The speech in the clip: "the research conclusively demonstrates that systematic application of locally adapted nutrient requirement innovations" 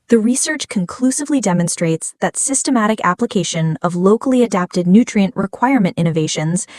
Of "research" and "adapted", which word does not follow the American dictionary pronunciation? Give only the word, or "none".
none